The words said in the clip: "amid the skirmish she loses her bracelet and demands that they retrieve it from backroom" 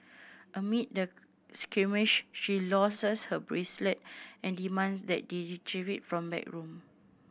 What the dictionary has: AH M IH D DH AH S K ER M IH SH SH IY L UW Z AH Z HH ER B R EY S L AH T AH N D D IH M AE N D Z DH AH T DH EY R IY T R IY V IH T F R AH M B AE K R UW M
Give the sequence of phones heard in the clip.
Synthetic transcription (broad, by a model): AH M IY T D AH S K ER M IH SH SH IY L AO S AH S HH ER B R EY S L AH T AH N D D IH M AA N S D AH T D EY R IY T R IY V IH T F R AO M B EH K R UW M